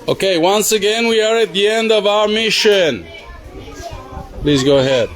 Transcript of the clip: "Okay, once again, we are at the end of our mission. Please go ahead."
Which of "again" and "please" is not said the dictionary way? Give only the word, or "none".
none